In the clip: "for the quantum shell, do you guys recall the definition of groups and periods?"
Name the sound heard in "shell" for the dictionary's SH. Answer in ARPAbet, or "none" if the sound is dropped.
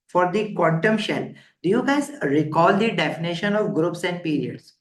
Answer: SH